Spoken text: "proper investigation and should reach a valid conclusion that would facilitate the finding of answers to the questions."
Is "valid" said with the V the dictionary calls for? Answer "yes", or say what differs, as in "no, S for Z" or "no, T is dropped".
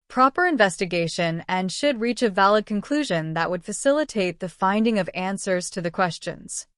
yes